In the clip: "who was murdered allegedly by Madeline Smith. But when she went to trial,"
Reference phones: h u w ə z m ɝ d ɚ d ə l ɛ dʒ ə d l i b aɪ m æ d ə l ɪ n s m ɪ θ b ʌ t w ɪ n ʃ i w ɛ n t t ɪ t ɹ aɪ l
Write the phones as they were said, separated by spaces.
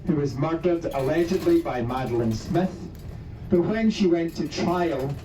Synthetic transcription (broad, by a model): h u w ə z m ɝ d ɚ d ə l ɛ dʒ ə d l i b aɪ m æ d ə l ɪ n s m ɪ θ b ʌ t w ɪ n ʃ i w ɛ n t t ɪ t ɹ aɪ l